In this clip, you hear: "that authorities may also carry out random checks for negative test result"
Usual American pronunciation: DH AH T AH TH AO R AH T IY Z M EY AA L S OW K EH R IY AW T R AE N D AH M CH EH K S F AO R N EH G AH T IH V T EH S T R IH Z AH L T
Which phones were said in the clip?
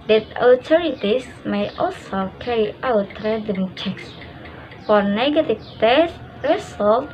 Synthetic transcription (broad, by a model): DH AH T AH T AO R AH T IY S M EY AA L S OW K EH R IY AW T R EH D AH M CH EH K S F AO R N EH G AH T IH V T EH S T R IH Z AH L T